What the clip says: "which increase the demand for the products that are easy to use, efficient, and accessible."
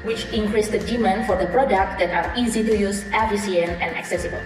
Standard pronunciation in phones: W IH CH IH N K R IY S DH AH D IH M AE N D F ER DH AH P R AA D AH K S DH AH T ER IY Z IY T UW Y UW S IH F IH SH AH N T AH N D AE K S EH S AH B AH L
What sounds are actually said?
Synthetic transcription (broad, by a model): W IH CH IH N K R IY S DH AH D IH M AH N F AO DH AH P R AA D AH K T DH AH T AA IY Z IY T UW Y UW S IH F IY S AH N AH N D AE K S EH S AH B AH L